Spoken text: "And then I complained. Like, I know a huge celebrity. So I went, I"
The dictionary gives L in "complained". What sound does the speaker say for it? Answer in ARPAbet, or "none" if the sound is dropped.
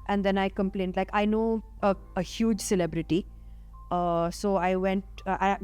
L